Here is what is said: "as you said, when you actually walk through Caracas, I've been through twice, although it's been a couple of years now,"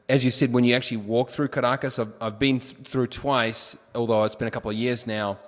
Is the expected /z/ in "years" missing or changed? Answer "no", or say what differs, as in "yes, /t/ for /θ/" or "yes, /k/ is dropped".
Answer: no